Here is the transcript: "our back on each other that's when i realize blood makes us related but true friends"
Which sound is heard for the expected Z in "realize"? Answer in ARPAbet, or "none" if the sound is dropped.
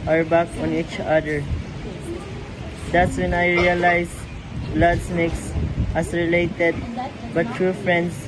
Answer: S